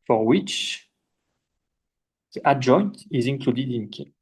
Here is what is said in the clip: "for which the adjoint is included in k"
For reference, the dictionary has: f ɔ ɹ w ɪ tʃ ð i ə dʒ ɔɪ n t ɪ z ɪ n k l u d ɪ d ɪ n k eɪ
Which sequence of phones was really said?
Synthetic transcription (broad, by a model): f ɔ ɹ w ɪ tʃ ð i ə dʒ ɔɪ n t ɪ z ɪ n k l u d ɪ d ɪ n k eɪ